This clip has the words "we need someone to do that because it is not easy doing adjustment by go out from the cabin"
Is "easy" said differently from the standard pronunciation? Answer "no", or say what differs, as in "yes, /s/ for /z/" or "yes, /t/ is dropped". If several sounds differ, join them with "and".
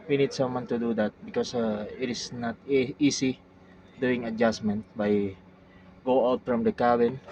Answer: yes, /s/ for /z/